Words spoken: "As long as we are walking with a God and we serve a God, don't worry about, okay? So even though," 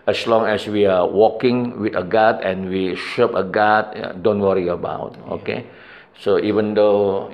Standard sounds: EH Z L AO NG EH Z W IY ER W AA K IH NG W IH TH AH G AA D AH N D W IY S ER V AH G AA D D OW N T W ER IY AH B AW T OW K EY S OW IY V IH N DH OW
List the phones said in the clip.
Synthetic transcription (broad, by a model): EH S L AO NG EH S W IY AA W AA K IH NG W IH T AH G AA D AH N W IY SH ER P AH G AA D D OW N T W ER IY AH B AW T OW K EY S OW IY V IH N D OW